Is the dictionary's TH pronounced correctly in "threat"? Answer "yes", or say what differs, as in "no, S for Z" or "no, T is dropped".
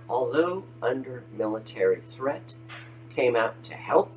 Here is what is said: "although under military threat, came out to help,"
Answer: yes